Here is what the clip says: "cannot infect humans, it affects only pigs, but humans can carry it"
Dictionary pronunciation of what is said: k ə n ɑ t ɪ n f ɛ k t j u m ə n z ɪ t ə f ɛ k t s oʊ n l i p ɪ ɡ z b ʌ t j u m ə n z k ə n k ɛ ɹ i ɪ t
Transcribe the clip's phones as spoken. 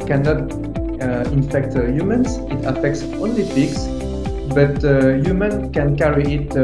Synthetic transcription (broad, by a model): k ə n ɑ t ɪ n f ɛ k t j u m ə n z ɪ t ə f ɛ k t s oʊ n l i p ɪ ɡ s b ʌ t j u m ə n k ə n k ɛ ɹ i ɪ t